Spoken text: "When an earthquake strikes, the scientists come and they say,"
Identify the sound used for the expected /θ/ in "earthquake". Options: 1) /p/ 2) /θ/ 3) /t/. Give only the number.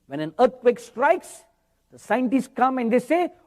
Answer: 3